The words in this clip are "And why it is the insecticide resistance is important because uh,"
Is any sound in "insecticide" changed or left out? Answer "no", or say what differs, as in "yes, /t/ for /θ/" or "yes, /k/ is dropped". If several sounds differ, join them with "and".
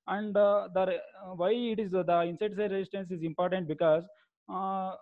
yes, /k/ is dropped